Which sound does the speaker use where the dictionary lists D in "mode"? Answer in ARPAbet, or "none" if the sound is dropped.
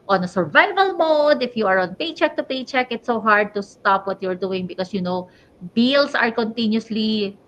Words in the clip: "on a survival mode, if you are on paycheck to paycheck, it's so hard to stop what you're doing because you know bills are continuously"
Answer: D